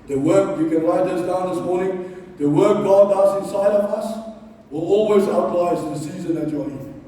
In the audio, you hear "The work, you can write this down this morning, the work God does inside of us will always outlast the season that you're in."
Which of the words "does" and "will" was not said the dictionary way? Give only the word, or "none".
does